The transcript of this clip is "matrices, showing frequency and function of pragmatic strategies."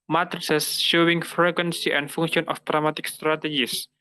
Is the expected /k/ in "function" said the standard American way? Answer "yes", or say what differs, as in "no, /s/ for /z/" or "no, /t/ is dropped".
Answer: no, /k/ is dropped